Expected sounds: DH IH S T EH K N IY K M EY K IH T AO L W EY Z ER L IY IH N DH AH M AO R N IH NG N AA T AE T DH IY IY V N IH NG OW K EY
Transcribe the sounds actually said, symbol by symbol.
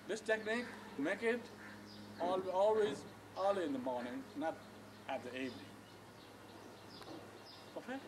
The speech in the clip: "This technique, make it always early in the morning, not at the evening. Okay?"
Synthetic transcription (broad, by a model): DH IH S T EH K N IY K M EY K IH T AO L W EY Z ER L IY IH N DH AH M AO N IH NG N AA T AE T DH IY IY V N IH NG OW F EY